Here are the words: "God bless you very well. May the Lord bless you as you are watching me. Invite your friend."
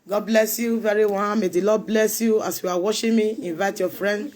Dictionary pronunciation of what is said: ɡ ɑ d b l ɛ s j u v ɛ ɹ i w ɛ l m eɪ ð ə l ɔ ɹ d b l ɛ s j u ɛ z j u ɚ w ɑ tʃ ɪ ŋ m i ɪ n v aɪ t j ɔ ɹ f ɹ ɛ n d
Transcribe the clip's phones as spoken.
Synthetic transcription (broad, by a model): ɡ ɑ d b l ɛ s j u v ɛ ɹ i w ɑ n m eɪ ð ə l ɔ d b l ɛ s j u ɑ s j u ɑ w ɑ ʃ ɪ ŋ m i ɪ n v aɪ t j ɔ f ɹ ɛ n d